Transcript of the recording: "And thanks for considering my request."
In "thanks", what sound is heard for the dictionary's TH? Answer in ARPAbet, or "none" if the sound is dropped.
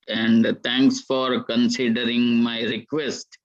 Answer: T